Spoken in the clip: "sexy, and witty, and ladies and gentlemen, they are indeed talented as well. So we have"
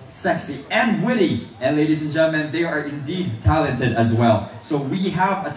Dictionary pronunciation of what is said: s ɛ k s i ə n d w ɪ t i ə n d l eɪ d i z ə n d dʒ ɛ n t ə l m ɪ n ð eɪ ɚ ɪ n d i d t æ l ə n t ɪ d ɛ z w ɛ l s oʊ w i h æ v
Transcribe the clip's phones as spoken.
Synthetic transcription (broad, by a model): s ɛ k s i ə n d w ɪ t i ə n l eɪ d i z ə n dʒ ɛ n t l m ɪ n ð eɪ ɚ ɪ n d i d t æ l ə n t ɪ d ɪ z w ɛ l s oʊ w i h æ v